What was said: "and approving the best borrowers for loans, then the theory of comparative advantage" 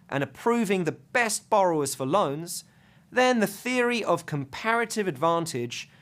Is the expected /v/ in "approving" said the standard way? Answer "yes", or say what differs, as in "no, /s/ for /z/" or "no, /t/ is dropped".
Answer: yes